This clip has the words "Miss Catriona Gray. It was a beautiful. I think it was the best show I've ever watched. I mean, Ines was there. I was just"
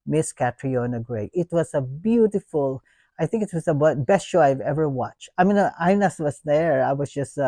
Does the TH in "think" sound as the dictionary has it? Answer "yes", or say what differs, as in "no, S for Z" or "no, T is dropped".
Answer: yes